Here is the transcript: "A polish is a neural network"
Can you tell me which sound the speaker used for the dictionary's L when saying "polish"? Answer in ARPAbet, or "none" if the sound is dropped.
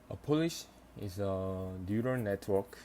L